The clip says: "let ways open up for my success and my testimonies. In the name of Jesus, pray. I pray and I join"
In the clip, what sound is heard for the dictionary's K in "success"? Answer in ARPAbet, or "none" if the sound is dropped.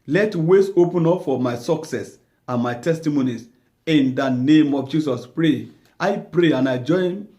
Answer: K